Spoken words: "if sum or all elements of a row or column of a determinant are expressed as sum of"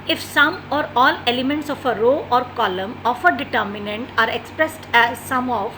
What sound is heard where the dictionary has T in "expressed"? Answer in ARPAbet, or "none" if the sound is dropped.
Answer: T